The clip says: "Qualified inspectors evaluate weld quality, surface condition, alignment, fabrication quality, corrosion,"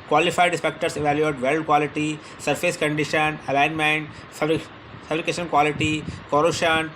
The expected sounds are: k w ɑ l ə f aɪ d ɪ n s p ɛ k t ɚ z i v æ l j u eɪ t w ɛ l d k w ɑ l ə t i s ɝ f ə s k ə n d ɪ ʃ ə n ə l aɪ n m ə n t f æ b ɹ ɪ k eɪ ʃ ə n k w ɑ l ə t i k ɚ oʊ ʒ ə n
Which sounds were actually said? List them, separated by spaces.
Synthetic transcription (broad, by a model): k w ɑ l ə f aɪ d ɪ s p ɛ k t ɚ s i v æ l j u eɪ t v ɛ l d k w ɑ l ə t i s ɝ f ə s k ə n d ɪ ʃ ə n ə l aɪ n m ə n t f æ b ɹ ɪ k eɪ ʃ ə n k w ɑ l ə t i k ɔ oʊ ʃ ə n